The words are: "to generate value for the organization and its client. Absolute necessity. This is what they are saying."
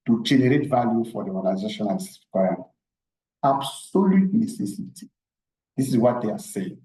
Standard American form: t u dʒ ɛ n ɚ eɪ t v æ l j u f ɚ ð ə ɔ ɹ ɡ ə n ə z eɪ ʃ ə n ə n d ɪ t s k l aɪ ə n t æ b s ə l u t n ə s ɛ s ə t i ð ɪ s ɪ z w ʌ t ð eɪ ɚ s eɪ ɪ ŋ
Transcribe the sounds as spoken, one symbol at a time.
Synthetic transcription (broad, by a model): t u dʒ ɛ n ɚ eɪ t v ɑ l j u f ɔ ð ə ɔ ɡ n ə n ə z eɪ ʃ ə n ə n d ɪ s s k w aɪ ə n ɑ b s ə l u t n ə s ɛ s ə t i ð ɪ s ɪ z w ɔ t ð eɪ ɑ s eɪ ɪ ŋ